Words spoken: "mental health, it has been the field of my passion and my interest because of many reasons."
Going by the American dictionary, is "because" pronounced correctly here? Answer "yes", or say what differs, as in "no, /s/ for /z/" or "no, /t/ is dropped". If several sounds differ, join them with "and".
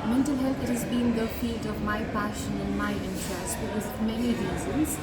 no, /k/ is dropped